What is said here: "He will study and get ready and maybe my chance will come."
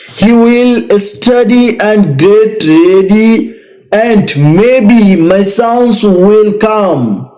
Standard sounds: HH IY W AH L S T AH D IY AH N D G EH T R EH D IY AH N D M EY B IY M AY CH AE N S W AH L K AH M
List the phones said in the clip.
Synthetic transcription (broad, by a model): HH IY W AH L S T AH D IY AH N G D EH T R EH D IY AH N D M EY B IY M AY S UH N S W AH L K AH M